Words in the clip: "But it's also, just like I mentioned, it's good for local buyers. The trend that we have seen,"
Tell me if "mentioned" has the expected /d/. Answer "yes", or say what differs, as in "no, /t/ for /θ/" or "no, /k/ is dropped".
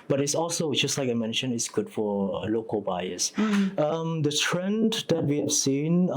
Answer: no, /d/ is dropped